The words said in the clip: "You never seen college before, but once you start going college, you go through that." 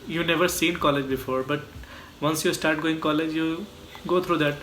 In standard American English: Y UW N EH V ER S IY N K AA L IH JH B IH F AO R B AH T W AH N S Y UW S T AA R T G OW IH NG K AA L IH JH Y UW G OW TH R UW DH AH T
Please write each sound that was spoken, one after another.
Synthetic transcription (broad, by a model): Y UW N EH V ER S IY N K AA L IH JH B IH F AO R B AH T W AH N S Y UW S T AA R T G OW IH NG K AA L IH JH Y UW G OW T R UW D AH T